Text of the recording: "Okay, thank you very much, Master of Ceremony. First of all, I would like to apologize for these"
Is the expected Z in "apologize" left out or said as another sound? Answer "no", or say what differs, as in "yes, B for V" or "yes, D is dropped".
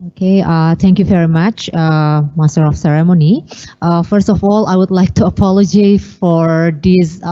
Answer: yes, Z is dropped